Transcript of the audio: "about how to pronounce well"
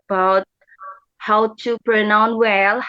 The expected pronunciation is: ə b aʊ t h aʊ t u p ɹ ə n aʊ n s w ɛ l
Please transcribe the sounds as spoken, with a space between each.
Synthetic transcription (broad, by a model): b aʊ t h aʊ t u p ɹ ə n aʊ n w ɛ l